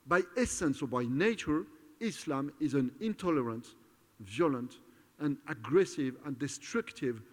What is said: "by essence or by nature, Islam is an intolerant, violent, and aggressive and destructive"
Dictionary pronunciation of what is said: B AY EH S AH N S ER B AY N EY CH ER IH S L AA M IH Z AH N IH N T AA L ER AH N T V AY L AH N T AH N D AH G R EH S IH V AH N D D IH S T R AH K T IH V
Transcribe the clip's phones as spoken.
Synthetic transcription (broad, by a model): B AY EH S AH N S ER B AY N EY CH ER IH S L AA M IH Z AH N IH N T AA L ER AH N T V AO L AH N T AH N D AH G R EH S IH V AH N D D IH S T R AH K T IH V